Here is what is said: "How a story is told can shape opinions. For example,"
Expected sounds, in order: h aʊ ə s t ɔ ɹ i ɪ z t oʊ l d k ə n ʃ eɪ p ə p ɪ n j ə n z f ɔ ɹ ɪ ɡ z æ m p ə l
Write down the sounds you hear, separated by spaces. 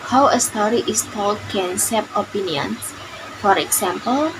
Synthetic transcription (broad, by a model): h aʊ ə s t ɔ ɹ i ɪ s t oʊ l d k ə n s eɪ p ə p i n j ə n s f ɔ ɹ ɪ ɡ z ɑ m p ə l